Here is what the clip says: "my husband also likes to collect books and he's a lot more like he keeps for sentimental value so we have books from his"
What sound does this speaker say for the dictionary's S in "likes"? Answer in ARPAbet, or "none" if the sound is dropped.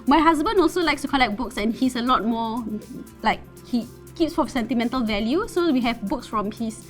S